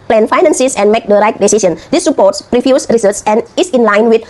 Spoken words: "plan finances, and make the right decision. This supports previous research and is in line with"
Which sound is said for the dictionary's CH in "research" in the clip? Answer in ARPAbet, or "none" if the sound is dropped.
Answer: S